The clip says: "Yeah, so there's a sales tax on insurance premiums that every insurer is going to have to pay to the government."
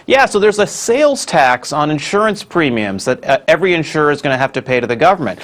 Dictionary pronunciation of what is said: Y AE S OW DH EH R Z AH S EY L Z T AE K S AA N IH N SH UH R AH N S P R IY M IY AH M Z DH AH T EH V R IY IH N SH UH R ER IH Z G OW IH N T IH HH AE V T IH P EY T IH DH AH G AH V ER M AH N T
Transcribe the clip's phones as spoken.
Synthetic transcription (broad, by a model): Y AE S OW DH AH R Z AH S EY L Z T AE K S N IH N SH UH R AH N S P R IY M IY AH M Z DH AH T EH V R IY IH N SH UH R ER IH Z G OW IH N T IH HH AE F T IH P EY T IH DH AH G AH V ER M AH N T